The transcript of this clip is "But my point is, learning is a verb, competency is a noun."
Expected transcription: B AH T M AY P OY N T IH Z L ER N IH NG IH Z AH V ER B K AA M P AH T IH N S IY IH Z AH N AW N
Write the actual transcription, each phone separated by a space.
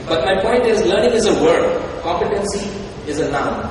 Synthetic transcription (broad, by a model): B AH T M AY P OY N T IH Z L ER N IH NG IH Z AH W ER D K AA M P AH T IH N S IY IH Z AH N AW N